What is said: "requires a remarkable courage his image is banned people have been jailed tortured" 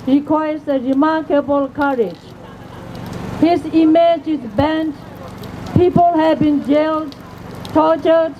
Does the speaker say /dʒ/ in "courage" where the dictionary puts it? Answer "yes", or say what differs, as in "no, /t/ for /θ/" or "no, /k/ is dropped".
yes